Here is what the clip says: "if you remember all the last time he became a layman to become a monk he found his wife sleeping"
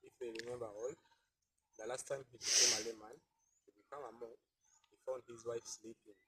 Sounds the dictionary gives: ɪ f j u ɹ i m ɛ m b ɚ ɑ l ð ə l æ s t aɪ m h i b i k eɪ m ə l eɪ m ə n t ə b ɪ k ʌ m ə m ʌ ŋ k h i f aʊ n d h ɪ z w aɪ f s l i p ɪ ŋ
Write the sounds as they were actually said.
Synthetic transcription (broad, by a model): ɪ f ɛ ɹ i m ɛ m b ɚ ɑ l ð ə l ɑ s t aɪ m h i b i k eɪ m ə l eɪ m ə n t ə b ɪ k ʌ m ə m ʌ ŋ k h i f aʊ n d h ɪ z w aɪ f s l i p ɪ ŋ